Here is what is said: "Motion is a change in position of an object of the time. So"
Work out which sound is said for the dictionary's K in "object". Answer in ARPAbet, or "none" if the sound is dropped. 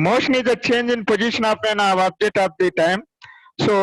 none